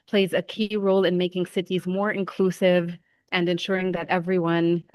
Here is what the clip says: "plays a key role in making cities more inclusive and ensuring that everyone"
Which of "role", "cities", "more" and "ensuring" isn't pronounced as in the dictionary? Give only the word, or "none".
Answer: none